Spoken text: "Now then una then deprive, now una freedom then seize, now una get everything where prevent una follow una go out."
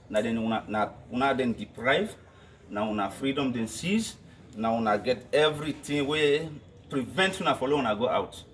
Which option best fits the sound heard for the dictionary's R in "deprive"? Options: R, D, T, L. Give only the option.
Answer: R